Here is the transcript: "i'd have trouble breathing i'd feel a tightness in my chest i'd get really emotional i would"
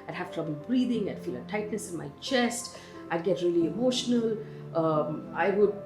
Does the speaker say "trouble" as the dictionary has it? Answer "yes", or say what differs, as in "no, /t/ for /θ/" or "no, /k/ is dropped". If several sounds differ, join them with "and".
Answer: yes